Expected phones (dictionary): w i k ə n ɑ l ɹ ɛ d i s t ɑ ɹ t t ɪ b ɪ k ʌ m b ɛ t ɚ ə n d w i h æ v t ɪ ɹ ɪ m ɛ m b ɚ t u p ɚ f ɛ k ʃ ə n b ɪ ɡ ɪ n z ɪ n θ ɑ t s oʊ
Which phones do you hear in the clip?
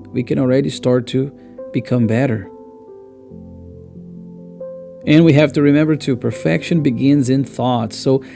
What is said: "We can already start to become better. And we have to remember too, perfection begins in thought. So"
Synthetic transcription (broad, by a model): w i k ə n l ɹ ɛ d i s t ɑ ɹ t t ɪ b ɪ k ʌ m b ɛ t ɚ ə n w i h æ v t ɪ ɹ ɪ m ɛ m b ɚ t u p ɚ f ɛ k ʃ ə n b ɪ ɡ ɪ n z ɪ n θ ɑ t s oʊ